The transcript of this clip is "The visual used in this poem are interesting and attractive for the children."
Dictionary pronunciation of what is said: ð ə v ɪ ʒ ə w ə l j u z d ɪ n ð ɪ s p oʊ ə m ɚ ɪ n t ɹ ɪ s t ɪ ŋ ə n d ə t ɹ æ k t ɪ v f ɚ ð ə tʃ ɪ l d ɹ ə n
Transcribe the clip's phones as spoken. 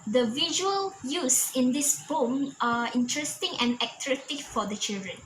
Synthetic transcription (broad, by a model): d ə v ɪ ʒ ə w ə l j u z ɪ n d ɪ s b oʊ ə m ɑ ɪ n t ɹ ɪ s t ɪ ŋ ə n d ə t ɹ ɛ t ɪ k f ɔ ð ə tʃ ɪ l d ɹ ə n